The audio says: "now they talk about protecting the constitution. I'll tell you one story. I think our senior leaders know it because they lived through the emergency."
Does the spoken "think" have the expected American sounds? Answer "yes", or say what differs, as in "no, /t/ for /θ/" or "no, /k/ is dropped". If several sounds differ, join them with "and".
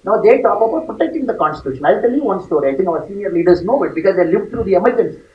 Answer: no, /t/ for /θ/ and /k/ is dropped